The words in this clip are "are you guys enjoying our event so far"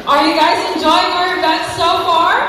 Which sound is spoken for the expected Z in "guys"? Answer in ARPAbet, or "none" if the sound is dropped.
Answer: Z